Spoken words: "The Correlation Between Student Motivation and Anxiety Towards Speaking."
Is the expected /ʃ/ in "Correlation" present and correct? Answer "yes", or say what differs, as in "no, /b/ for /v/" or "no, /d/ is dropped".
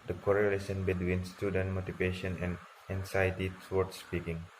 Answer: no, /s/ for /ʃ/